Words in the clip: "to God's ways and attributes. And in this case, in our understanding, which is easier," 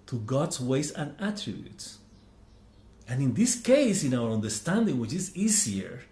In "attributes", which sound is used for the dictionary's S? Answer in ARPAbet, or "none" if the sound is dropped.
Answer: S